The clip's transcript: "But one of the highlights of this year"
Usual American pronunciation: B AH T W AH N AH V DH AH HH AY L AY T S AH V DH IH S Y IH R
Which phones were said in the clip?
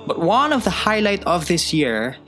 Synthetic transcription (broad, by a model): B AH T W AH N AH V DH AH HH AY L AY T AH V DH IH S Y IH R